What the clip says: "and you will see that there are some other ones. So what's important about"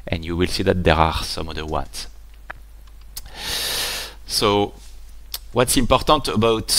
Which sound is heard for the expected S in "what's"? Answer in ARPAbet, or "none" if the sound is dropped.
S